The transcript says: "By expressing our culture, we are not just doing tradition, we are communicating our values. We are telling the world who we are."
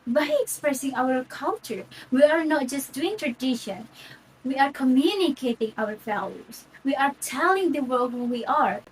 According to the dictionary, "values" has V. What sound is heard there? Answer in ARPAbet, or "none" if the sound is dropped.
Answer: F